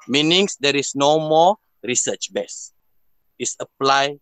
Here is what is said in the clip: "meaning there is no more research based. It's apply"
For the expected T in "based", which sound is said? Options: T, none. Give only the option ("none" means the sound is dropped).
none